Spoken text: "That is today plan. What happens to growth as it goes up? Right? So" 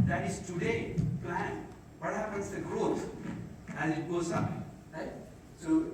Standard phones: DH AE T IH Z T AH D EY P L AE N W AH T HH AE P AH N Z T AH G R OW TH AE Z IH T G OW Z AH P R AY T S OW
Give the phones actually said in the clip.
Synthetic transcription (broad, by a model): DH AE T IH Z T AH D EY P L AE N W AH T HH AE P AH N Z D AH G R OW T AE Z IH T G OW S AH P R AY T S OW